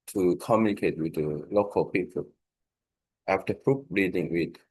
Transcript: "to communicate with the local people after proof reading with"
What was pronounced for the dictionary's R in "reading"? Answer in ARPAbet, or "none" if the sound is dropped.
R